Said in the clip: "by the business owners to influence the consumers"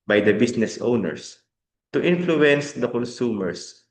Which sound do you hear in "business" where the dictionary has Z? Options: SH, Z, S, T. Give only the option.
S